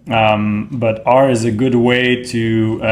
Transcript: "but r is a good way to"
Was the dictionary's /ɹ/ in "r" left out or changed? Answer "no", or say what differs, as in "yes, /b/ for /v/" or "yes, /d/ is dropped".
no